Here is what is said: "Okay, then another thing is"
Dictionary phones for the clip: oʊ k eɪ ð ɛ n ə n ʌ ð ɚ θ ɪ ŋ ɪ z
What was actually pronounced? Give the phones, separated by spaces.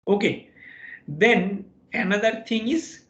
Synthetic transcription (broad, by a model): oʊ k eɪ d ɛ n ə n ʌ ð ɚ t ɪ ŋ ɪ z